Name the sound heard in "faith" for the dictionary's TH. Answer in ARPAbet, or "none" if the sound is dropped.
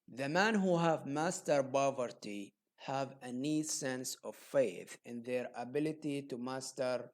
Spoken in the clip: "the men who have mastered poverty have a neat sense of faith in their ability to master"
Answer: TH